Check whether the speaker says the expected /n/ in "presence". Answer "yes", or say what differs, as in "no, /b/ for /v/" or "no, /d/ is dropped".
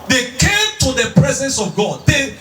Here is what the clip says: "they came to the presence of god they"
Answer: yes